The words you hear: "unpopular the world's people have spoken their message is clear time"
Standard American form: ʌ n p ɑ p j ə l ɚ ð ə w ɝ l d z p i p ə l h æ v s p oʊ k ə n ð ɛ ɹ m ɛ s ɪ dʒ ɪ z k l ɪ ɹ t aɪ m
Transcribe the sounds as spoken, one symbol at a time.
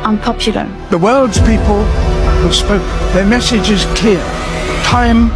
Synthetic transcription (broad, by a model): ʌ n p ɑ p j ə l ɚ ð ə w ɝ l d z p i p ə l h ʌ s p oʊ ə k ð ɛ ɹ m ɛ s ɪ dʒ ɪ z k ɪ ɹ t aɪ m